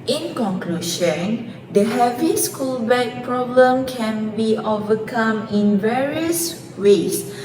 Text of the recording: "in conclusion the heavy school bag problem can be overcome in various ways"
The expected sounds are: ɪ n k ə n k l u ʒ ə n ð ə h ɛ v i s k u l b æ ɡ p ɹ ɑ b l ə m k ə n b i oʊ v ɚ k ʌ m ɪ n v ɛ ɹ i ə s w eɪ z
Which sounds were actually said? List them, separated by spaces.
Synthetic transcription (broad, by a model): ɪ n k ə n k l u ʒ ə n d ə h ɛ v i s k u l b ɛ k p ɹ ɑ b l ə m k ə n b i oʊ v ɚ k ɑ m ɪ n v ɛ ɹ i ə s w eɪ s